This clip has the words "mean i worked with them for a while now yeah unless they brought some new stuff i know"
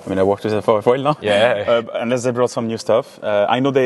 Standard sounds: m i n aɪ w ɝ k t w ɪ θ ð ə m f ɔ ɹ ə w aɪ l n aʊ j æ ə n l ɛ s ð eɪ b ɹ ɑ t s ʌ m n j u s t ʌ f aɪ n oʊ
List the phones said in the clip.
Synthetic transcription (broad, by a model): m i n aɪ w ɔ k t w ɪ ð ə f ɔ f ə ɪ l n aʊ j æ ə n ɛ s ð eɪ b ɹ ɑ t s ʌ m n j u s t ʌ f aɪ n oʊ